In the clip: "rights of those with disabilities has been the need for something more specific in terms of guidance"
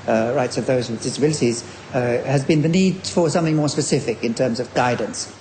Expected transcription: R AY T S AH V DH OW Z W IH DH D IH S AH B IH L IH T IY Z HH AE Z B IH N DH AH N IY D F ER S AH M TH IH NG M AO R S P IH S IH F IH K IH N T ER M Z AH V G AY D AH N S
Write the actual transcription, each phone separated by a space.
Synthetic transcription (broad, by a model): R AY T S AH V DH OW Z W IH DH D IH S AH B IH L IH T IY Z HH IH Z B IH N DH AH N IY D F ER S AH M TH IH NG M AO R S P IH S IH F IH K IH N T ER M Z AH V G AY D N S